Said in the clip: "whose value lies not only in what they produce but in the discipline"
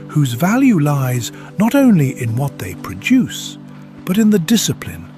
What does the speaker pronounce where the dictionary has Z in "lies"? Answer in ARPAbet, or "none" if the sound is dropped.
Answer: Z